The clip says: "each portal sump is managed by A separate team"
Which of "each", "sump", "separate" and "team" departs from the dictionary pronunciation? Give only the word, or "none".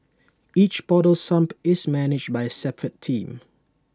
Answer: none